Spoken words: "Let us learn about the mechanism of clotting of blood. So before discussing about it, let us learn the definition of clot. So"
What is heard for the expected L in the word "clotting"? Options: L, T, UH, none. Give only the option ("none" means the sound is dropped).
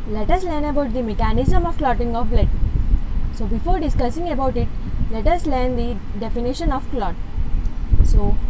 L